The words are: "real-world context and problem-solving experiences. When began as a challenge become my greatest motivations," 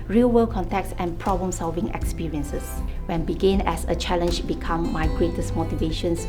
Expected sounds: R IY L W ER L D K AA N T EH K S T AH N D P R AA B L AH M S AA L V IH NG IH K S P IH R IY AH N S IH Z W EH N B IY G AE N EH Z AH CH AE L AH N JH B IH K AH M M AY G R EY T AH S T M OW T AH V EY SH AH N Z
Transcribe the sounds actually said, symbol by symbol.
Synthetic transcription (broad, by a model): R IY L W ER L K AA N T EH K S AH N P R AA B L AH M S AA L V IH NG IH K S P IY R IY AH N S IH S W EH N B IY G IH N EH S AH CH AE L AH N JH B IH K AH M M AY G R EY T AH S M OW T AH V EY SH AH N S